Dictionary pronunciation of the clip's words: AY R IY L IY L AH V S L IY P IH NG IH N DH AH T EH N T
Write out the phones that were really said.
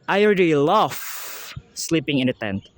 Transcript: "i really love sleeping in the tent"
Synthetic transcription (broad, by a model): AY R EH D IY L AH F S L IY P IH NG IH N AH T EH N T